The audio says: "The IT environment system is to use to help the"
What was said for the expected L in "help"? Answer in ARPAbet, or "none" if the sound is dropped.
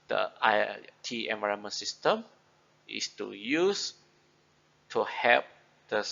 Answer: none